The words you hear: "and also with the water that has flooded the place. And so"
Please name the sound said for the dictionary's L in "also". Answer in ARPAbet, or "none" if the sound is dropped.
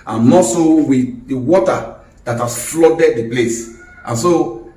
none